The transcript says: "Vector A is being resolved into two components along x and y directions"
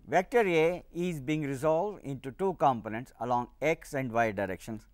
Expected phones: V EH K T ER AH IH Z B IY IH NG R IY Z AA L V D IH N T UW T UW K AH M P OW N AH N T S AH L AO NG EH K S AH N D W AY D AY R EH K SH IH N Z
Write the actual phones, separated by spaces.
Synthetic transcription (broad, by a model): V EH K T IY AH IH Z B IY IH NG R IY Z AA L V D IH N T UW T UW K AH M P OW N AH N T S AH L AO NG EH K S AH N D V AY D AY R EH K SH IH N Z